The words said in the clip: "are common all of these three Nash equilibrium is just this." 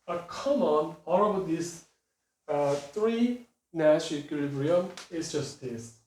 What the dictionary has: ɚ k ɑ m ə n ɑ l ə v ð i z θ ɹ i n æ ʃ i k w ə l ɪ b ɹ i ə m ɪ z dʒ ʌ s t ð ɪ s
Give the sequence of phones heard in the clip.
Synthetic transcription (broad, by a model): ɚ k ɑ m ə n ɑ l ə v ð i s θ ɹ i n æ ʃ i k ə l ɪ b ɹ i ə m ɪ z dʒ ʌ s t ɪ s